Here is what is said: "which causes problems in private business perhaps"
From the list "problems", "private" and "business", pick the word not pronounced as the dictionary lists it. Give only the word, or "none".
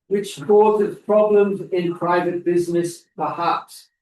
none